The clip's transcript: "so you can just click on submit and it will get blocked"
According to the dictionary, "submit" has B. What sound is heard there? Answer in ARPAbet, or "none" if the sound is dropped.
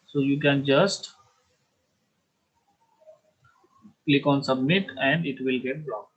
B